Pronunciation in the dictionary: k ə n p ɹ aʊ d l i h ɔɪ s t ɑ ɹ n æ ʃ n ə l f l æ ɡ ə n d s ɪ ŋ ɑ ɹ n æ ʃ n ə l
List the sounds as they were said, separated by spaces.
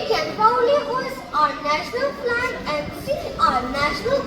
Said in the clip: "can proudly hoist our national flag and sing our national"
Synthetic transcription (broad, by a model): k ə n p aʊ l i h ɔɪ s ɑ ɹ n æ ʃ n ə l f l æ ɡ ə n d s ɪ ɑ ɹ n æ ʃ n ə l